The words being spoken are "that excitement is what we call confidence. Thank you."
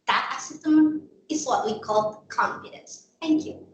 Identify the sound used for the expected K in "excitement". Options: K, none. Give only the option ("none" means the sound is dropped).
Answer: none